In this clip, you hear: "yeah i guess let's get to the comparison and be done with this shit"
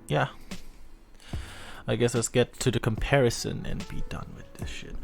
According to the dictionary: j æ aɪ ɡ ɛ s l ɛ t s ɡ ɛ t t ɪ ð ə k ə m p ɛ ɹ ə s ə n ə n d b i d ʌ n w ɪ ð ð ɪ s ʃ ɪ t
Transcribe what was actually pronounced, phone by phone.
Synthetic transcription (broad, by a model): j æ aɪ ɡ ɛ s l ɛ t s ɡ ɛ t t ɪ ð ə k ə m p ɛ ɹ ə s ə n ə n b i d ʌ n w ɪ ð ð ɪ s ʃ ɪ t